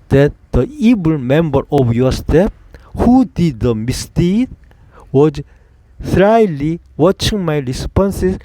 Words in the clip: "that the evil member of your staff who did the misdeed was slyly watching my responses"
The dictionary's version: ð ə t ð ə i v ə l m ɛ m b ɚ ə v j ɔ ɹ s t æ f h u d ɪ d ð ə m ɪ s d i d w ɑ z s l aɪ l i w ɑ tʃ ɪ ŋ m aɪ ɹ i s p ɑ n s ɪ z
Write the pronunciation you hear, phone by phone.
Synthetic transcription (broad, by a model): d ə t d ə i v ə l m ɛ m b ɚ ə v j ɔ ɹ s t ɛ p h u d ɪ d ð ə m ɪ s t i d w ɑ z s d aɪ l i w ɑ tʃ ɪ ŋ m aɪ ɹ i s p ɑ n s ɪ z